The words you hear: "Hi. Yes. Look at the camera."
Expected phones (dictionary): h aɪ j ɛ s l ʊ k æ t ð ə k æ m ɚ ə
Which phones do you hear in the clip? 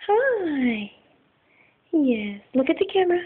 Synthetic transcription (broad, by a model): h aɪ j ɛ s l ʊ k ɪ t ð ə k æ m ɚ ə